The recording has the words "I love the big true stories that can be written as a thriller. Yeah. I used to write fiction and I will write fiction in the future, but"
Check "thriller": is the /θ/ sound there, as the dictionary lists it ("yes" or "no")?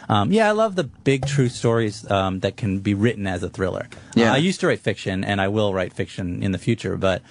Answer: yes